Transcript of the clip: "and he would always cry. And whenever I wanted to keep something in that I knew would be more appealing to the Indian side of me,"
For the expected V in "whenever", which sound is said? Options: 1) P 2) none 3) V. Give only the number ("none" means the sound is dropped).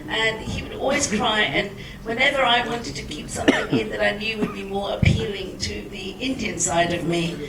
3